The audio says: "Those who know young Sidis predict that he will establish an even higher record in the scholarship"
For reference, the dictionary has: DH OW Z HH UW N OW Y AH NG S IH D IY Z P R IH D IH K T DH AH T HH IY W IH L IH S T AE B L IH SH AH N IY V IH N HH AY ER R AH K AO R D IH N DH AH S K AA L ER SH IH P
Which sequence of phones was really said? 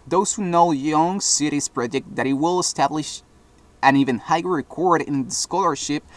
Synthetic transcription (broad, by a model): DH OW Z HH UW N OW Y AH NG S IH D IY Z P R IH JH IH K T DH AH T HH IY W IH L IH S T AE B L IH SH AH N IY V IH N HH AY R AH K AO R D IH N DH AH S K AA L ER SH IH P